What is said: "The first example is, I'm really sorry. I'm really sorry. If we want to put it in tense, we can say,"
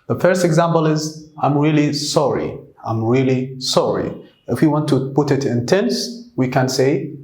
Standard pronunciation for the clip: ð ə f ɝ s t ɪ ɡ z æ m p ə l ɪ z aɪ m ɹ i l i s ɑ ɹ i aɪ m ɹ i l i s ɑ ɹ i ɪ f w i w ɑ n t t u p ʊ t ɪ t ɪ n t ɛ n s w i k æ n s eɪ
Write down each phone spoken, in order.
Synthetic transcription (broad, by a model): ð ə f ɝ s t ɪ ɡ z æ m p ə l ɪ z aɪ m ɹ i l i s ɑ ɹ i aɪ m ɹ i l i s ɑ ɹ i ɪ f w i w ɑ n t t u p ʊ t ɪ t ɪ n t ɛ n s w i k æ n s eɪ